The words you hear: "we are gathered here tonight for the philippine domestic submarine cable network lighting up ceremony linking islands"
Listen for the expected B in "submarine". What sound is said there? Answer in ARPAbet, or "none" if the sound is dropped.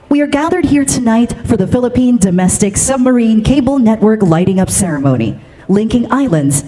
B